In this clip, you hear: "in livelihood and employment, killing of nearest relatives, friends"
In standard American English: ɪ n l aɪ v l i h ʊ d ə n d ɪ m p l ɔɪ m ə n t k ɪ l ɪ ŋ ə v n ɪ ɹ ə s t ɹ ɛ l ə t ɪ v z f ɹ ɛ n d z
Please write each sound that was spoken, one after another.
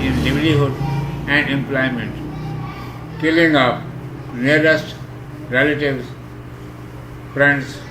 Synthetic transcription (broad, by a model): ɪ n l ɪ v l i h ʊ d ə n d ɪ m p l ɔɪ m ə n t k ɪ l ɪ ŋ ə p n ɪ ɹ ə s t ɹ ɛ l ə t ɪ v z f ɹ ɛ n d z